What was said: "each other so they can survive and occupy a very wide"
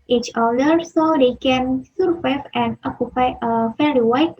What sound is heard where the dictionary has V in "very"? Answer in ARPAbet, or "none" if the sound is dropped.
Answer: F